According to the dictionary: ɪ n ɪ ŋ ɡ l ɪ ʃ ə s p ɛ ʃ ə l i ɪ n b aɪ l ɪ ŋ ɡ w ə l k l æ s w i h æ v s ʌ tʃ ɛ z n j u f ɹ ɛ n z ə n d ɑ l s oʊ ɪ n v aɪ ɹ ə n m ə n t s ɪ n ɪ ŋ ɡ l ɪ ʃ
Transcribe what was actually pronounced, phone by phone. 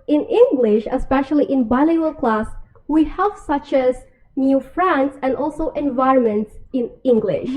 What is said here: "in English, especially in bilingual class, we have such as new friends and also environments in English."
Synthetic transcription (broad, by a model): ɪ n ɪ ŋ ɡ l ɪ ʃ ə s p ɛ ʃ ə l i ɪ n b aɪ l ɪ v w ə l k l æ s w i h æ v s ʌ tʃ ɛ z n j u f ɹ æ n s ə n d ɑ l s oʊ ɪ n v aɪ ɹ ə n m ə n t s ɪ n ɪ ŋ ɡ l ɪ ʃ